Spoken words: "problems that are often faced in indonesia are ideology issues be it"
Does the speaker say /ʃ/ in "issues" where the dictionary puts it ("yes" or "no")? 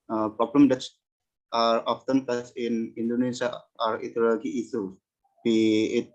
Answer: no